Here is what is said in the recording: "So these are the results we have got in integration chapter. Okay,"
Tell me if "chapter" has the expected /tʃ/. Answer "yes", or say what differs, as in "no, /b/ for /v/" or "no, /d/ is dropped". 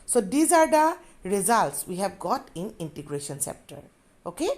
no, /s/ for /tʃ/